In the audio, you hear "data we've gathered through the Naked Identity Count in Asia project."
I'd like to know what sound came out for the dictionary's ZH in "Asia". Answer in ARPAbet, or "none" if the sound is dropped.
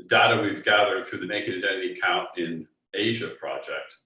ZH